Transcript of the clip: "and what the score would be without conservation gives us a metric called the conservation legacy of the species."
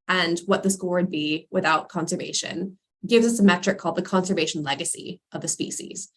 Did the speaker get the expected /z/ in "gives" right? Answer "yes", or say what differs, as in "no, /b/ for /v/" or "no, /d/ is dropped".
yes